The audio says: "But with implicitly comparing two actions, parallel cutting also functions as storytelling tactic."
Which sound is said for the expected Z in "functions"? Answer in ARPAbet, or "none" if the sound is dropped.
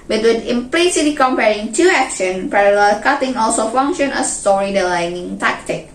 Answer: none